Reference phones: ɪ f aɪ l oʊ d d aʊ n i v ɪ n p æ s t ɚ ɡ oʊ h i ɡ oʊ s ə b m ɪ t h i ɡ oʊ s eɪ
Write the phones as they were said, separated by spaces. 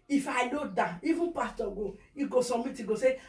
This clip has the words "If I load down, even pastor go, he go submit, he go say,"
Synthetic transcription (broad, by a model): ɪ f aɪ n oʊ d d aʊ i v ɪ n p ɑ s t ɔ ɡ oʊ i ɡ oʊ s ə m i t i ɡ oʊ s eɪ